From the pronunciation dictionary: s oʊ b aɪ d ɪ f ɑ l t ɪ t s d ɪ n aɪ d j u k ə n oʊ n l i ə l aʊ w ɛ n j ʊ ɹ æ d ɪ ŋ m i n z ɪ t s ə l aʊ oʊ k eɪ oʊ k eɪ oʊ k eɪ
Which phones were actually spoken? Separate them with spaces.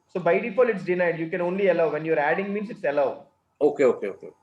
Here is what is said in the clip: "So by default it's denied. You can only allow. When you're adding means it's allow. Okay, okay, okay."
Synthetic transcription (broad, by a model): s oʊ b aɪ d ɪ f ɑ l ɪ t s d ɪ n aɪ d j u k ə n oʊ n l i ə l aʊ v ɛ n j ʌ ɹ æ d ɪ ŋ m i n s ɪ t s ə l aʊ oʊ k eɪ oʊ k eɪ oʊ k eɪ